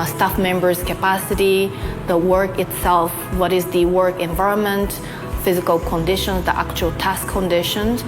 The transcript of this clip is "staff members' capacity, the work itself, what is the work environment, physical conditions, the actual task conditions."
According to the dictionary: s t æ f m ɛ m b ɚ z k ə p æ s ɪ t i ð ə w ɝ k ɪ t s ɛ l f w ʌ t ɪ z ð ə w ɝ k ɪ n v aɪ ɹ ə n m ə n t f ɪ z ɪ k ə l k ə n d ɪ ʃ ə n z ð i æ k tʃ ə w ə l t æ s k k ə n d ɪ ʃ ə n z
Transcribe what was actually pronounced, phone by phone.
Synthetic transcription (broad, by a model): s t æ f m ɛ m b ɚ z k ə p æ s ɪ t i ð ə w ɝ k ɪ t s ɛ l f w ʌ t ɪ z ð ə w ɝ k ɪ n v aɪ ɹ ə n m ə n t f ɪ z ɪ k ə l k ə n d ɪ ʃ ə n z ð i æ k tʃ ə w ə l t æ s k k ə n d ɪ ʃ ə n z